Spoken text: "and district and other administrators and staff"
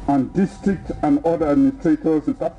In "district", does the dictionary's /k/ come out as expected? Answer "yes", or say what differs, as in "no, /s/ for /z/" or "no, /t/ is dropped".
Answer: yes